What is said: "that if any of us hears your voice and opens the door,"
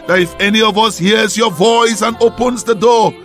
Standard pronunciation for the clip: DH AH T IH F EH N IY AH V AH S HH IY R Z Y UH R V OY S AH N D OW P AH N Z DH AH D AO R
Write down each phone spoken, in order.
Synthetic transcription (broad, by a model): DH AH T IH F EH N IY AH V AH S HH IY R Z Y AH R V OY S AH N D OW P AH N Z DH AH D AO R